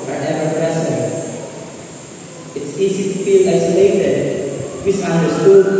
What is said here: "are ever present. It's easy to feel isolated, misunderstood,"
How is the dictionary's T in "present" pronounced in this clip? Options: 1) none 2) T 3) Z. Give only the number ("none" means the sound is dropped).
1